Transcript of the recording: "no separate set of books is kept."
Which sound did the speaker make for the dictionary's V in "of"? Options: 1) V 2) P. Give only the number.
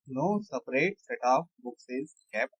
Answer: 2